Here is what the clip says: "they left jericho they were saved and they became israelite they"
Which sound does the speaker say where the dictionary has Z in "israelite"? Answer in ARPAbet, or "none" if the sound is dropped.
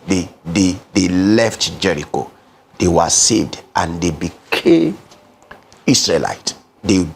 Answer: S